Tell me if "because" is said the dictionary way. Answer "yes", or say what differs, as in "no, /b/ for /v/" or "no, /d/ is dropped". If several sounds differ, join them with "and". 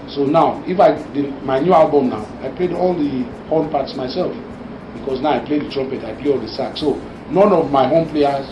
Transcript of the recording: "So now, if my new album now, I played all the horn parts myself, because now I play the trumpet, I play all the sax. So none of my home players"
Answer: no, /s/ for /z/